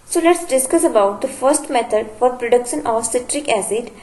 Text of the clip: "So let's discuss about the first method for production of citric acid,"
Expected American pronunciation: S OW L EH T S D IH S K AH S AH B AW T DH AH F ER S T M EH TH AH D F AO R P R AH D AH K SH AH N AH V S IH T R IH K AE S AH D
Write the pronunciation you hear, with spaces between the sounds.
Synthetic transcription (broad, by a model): S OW L EH T S D IH S K AH S AH B AW T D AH F ER S T M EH T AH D F AO R P R AH D AH K SH AH N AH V S IH T R IH K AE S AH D